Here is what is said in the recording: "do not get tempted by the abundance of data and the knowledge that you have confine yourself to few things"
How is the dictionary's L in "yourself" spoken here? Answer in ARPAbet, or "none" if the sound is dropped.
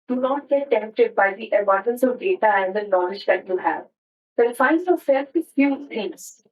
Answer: none